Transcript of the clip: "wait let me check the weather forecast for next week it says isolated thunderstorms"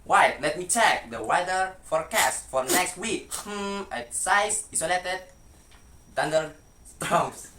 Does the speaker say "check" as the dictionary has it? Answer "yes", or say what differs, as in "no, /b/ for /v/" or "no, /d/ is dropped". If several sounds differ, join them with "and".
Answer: yes